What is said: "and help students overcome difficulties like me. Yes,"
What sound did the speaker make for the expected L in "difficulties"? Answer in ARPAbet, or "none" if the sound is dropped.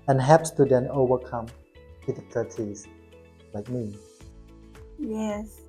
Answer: none